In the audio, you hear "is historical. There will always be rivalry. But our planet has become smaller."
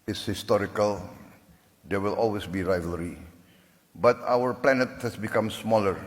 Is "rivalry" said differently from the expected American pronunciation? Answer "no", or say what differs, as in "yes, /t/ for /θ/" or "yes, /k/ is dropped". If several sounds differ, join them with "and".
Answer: no